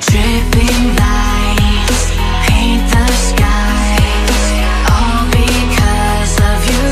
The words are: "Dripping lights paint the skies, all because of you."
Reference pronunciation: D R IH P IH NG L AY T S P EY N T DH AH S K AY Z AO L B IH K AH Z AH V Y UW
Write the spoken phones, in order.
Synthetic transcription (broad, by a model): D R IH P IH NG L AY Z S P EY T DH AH S K AY Z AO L B IH K AH Z AH V Y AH